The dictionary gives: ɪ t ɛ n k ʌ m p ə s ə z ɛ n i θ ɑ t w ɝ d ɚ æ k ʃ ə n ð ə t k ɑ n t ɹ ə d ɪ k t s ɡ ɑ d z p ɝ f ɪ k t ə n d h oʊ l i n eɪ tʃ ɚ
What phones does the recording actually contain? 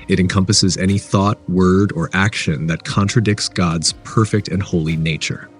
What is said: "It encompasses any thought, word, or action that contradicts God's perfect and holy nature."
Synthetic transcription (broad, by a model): ɪ t ɛ n k ʌ m p ə s ə z ɛ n i θ ɑ t w ɝ d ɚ æ k ʃ ə n ð ə t k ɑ n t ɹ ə d ɪ k t s ɡ ɑ d z p ɝ f ɪ k t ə n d h oʊ l i n eɪ tʃ ɚ